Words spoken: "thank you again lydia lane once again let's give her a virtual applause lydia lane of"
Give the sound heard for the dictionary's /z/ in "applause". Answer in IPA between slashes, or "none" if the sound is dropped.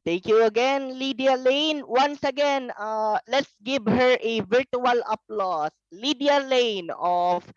/s/